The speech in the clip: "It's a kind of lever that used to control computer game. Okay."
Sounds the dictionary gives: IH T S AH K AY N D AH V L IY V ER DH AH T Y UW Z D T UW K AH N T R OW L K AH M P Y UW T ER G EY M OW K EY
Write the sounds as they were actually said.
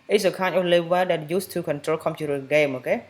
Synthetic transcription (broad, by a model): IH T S AH K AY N AH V L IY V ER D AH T Y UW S T UW K AH N T R OW L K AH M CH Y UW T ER G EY M OW K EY